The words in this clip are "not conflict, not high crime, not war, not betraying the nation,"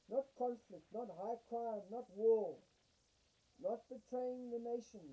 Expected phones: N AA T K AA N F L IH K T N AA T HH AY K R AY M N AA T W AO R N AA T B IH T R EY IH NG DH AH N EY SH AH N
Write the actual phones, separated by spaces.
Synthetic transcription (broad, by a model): N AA T K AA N F L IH K T N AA T HH AY K R AY M N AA T W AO L N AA T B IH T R EY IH NG DH AH N EY SH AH N